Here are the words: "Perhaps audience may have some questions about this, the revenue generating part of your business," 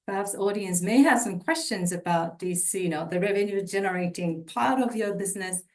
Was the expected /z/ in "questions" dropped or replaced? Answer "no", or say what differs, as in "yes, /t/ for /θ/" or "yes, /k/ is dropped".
no